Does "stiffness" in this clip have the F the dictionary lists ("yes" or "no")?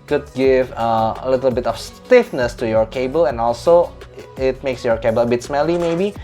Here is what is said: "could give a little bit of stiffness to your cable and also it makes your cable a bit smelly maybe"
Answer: yes